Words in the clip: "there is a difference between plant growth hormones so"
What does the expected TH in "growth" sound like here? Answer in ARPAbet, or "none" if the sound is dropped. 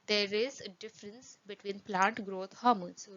T